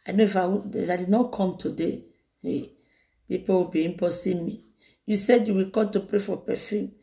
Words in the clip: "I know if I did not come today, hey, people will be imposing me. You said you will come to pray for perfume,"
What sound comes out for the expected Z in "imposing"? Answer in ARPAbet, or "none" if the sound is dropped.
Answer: S